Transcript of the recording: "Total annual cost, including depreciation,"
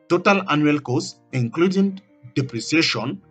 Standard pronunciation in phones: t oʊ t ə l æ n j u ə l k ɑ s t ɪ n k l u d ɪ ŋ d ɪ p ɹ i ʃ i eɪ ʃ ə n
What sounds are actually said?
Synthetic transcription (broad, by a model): t oʊ t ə l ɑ n j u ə l k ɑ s ɪ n k l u d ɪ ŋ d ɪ p ɹ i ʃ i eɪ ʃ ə n